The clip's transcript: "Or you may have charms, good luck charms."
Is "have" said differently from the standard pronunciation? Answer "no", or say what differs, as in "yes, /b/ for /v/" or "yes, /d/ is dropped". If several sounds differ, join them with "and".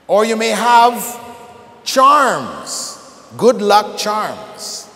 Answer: no